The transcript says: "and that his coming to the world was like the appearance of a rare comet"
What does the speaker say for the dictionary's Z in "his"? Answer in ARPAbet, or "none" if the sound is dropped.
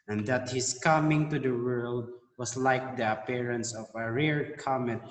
S